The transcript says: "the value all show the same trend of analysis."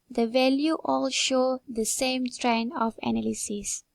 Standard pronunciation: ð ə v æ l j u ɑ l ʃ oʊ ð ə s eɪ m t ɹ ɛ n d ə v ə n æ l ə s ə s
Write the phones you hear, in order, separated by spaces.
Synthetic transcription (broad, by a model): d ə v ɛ l j u ɑ l ʃ oʊ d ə s eɪ m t ɹ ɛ n ə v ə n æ l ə s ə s